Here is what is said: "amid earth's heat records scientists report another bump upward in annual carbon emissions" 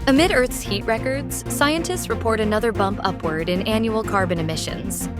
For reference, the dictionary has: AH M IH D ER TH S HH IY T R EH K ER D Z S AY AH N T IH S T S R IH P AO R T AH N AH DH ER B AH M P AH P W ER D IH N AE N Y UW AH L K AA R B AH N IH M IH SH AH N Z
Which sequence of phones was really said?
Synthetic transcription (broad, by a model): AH M IH D ER TH S HH IY T R EH K ER D Z S AY AH N T IH S T S R IH P AO R T AH N AH DH ER B AH M P AH P W ER D IH N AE N Y UW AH L K AA R B AH N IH M IH SH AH N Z